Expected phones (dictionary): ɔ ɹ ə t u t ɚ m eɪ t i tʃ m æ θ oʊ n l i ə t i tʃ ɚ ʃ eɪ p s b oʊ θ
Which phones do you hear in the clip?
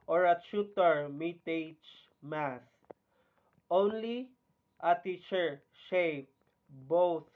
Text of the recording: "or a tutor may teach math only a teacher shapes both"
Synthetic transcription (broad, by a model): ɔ ɹ ə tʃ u t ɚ m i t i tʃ m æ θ oʊ n l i ə t i tʃ ɚ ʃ eɪ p b oʊ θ